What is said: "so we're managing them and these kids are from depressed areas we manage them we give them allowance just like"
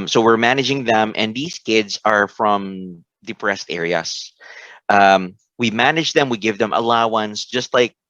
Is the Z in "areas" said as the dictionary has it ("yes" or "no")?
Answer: no